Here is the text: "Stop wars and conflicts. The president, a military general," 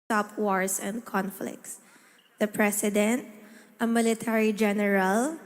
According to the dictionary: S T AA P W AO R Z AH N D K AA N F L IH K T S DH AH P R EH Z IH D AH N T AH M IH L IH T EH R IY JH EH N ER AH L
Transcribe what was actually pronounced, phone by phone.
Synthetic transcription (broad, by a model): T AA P W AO R S AH N D K AA N F L IH K T S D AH P R EH S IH D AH N T AH M IH L IH T EH R IY JH EH N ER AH L